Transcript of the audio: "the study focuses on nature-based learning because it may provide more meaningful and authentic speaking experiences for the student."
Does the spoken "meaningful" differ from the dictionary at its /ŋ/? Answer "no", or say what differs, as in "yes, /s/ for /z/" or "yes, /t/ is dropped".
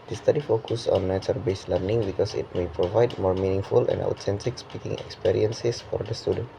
no